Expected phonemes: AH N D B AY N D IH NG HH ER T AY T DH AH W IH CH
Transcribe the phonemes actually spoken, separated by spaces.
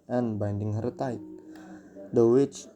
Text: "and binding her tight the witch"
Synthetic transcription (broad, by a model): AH N B AY N D IH NG HH ER T AY T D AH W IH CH